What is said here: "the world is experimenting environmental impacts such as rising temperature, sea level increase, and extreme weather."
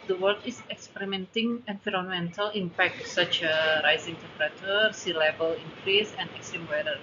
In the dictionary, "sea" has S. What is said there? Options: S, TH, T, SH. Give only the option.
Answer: S